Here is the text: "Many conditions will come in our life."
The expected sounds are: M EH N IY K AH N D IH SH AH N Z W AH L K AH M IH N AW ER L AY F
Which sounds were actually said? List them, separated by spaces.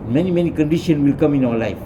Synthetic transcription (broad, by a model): M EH N IY K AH N D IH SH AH N W AH L K AH M IH N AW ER L AY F